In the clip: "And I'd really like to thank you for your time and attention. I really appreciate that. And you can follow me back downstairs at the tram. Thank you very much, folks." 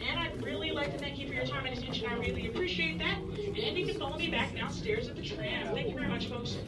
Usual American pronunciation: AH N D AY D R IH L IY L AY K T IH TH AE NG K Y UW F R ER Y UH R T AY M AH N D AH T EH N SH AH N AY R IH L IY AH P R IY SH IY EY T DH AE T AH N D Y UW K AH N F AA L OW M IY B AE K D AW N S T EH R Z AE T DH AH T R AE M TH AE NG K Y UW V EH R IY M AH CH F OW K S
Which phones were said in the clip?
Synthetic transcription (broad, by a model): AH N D AY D R IH L IY L AY K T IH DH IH K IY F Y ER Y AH R T AY M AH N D AH T EH N SH AH N AY R IH L IY AH P R IY SH IY EY T DH AE T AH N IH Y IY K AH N F AA L OW M IY B AE K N AW S T EH R Z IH T DH AH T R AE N TH AE NG K Y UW V EH R IY M AH CH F OW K S